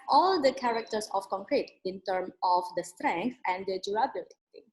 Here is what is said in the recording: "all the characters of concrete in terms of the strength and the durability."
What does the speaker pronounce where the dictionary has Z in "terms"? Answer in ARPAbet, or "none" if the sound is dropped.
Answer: none